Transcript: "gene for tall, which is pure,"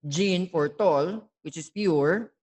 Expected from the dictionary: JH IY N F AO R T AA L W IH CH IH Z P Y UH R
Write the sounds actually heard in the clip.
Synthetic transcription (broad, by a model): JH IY N F AO R T AA L W IH CH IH S P Y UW R